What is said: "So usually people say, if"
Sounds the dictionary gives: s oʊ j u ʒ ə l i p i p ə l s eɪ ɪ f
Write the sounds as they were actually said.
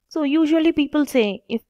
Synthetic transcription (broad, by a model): s oʊ j u ʒ ə l i p i p ə l s eɪ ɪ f